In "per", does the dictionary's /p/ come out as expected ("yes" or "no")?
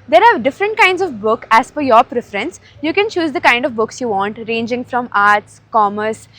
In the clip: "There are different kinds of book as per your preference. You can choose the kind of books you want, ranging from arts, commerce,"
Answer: no